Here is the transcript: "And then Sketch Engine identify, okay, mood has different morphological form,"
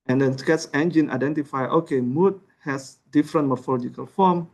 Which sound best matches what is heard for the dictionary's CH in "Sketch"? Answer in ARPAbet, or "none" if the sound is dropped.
S